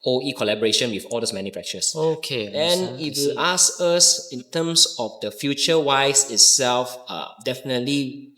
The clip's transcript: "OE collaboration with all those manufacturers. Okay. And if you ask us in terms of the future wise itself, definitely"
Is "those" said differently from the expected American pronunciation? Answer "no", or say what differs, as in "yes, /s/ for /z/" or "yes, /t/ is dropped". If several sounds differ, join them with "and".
yes, /s/ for /z/